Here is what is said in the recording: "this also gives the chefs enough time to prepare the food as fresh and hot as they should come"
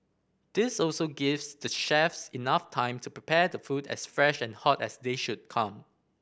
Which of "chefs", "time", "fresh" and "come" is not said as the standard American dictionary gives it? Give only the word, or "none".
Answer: none